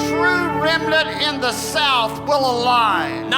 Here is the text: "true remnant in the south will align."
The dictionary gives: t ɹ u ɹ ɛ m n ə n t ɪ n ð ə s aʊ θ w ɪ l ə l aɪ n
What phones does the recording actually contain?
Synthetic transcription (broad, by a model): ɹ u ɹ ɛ m l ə t ɪ n ð ə s aʊ θ w ɪ l ə l aɪ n